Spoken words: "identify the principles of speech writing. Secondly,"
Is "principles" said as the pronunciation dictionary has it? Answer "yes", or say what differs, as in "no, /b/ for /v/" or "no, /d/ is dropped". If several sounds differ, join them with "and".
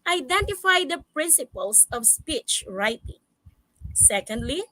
no, /s/ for /z/